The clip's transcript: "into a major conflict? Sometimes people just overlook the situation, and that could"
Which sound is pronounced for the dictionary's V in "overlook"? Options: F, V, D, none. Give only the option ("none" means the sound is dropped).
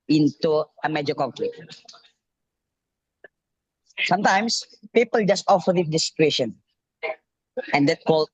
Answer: F